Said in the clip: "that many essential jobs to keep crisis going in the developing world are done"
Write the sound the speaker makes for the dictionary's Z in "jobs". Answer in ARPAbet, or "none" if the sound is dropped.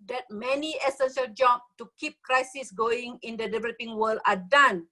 none